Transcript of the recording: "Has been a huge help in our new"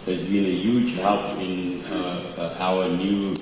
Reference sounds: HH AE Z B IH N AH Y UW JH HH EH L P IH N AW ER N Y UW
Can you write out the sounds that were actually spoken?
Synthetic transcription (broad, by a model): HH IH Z B IH N AH Y UW JH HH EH P IH N AW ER N Y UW